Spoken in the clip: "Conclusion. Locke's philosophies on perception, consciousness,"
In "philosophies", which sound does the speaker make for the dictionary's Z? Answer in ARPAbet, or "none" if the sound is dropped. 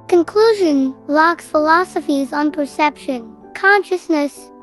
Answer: Z